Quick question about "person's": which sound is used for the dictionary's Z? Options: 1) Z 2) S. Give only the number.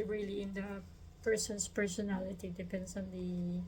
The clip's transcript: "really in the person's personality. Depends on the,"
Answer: 2